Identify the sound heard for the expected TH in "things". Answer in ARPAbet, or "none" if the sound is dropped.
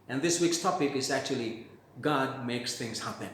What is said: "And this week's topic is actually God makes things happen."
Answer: T